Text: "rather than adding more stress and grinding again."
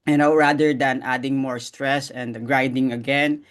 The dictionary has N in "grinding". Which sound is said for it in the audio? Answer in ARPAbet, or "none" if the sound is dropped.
none